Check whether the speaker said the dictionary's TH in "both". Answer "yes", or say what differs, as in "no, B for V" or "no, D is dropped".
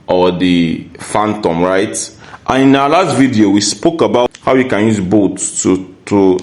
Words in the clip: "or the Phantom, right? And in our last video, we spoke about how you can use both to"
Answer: no, T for TH